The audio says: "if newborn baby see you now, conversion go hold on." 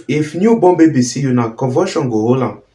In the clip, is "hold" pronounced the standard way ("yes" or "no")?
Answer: no